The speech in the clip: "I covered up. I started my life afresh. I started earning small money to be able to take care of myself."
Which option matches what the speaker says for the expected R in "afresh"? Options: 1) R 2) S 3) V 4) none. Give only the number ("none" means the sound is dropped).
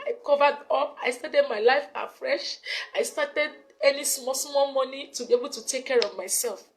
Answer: 1